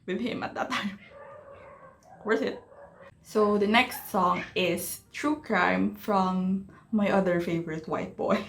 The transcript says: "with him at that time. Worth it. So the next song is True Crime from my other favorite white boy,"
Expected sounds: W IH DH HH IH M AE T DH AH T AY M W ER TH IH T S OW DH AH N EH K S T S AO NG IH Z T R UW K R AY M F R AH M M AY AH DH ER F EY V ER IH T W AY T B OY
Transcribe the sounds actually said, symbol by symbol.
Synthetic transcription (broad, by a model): W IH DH HH IH M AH T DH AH T AY M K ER S IH T S OW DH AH N EH K S T S AO NG IH S T R UW K R AY M F R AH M M AY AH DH ER F EY V ER IH T W AY T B OY